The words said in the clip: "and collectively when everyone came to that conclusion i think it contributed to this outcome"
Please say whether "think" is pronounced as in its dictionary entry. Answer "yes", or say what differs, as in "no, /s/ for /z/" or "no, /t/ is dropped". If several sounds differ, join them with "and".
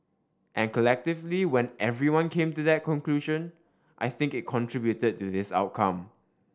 yes